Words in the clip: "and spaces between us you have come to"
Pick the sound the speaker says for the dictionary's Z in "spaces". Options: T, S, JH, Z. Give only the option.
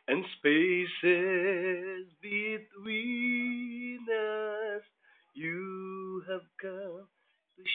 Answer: Z